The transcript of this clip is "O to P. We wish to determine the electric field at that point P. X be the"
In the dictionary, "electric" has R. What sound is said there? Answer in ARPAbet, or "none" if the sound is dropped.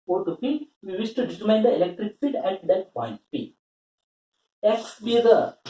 R